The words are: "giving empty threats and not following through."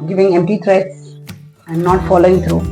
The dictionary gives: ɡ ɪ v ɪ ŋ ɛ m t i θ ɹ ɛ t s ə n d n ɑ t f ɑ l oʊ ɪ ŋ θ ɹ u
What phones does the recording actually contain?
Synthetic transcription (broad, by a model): ɡ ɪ v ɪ ŋ ɛ m t i t ɹ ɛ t s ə n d n ɑ t f ɑ l oʊ ɪ ŋ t ɹ u